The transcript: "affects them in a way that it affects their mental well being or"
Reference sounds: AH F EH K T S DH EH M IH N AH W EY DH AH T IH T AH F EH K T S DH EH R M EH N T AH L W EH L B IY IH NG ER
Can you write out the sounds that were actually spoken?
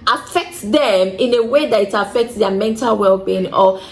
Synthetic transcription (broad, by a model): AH F EH K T S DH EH M IH N AH W EY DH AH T IH T AH F EH K T S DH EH M EH N T AH L W EH L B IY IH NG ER